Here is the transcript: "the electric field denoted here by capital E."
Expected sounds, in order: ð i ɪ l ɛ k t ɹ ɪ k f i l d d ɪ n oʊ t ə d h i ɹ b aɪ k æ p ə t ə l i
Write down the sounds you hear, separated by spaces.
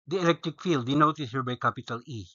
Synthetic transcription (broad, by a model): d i ɪ l ɛ k t ɹ ɪ k f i l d d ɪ n oʊ t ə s h i ɹ b aɪ k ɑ p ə t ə l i